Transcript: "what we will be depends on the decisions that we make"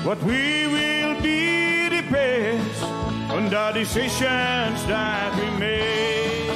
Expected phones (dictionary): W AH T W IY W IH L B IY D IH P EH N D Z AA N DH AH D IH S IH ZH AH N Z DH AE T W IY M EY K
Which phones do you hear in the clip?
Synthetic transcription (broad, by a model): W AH T W IY W IH L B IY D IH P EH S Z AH N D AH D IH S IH SH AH N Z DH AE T W IY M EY